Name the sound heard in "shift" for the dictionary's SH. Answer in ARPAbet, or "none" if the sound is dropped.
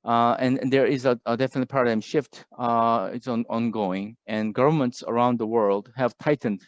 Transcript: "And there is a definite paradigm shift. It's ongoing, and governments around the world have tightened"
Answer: SH